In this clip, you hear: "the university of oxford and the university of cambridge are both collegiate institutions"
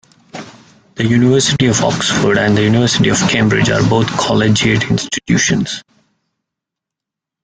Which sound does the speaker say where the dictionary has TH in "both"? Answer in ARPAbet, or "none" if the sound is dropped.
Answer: T